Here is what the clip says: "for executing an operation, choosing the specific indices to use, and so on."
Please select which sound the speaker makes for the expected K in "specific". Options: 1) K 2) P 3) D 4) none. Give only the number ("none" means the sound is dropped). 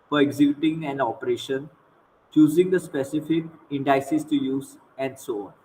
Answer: 1